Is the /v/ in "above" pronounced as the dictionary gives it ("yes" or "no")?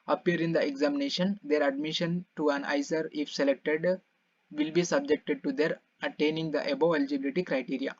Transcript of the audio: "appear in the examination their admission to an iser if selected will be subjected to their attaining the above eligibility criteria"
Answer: no